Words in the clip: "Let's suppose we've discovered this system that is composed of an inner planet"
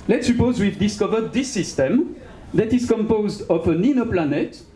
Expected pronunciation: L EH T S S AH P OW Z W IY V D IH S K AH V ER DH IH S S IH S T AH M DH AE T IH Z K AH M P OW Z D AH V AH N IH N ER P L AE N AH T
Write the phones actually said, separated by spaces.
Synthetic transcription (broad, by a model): L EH T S S AH P OW Z W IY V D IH S K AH V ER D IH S S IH S T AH M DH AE T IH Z K AH M P OW Z D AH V AH N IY N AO P L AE N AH T